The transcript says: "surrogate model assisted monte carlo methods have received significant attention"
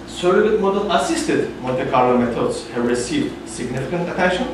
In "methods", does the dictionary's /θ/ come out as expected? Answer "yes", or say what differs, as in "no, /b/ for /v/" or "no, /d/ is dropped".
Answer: no, /t/ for /θ/